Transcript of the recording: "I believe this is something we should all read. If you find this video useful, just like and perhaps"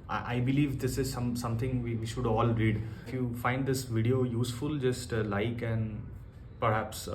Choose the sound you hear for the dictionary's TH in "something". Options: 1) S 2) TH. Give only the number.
1